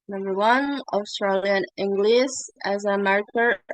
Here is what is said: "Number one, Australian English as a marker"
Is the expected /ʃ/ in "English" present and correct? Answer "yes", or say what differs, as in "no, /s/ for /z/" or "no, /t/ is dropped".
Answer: no, /s/ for /ʃ/